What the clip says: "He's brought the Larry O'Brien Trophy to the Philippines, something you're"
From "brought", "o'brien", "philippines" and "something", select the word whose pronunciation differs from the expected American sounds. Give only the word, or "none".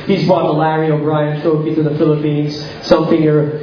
brought